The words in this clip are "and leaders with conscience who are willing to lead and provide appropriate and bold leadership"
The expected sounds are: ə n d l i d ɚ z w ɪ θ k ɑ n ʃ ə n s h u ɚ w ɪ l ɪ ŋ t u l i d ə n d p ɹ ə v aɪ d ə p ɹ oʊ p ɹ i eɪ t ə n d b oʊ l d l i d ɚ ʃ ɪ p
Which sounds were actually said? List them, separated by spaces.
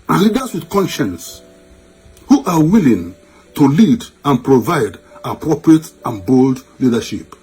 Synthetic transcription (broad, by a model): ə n l i d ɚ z w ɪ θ k ɑ n ʃ ə n s h u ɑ w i l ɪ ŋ t u l i d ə n p ɹ ə v aɪ d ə p ɹ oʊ p ɹ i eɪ t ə n b oʊ l d l i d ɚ ʃ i p